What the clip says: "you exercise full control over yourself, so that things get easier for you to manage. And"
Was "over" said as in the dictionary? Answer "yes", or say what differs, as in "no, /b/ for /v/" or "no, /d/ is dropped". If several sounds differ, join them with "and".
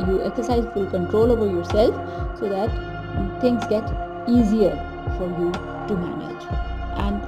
no, /b/ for /v/